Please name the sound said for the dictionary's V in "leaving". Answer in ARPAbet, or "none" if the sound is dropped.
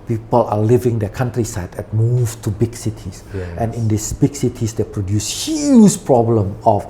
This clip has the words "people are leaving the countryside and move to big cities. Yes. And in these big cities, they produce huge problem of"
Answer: V